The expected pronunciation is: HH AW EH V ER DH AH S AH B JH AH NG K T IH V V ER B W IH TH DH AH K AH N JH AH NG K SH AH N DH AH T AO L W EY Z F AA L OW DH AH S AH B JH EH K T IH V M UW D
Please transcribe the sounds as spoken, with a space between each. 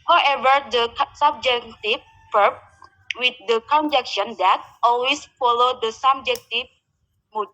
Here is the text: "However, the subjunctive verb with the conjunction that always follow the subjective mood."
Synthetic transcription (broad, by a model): HH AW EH V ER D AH S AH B JH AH K T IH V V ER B W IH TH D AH K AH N JH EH K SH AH N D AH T AO L W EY S F AA L OW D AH S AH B JH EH K T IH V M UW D